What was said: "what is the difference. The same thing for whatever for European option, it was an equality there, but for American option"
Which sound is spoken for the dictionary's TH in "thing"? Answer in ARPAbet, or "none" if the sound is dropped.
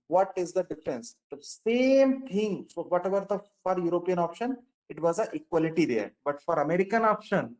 T